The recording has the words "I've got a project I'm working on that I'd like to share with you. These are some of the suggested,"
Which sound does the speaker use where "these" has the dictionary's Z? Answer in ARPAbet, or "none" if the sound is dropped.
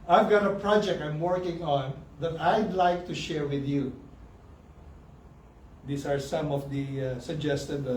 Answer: S